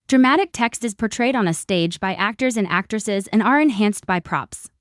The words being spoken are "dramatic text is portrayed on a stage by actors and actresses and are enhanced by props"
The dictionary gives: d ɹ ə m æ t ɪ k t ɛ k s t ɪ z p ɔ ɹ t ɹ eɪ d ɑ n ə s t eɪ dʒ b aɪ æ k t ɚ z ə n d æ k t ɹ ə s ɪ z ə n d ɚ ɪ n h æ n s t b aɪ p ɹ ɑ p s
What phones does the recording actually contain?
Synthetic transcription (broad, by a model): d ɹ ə m æ t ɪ k t ɛ k s t ɪ z p ɔ ɹ t ɹ eɪ d n ə s t eɪ dʒ b aɪ æ k t ɚ z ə n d æ k t ɹ ə s ɪ z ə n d ɚ ɪ n h æ n s t b aɪ p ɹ ɑ p s